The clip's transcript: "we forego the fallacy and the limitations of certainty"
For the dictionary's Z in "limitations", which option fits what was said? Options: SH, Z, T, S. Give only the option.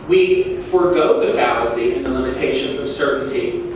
Z